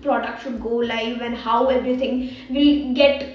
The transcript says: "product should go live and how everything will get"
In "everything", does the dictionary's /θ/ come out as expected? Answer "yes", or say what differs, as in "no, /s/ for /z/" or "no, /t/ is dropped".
no, /t/ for /θ/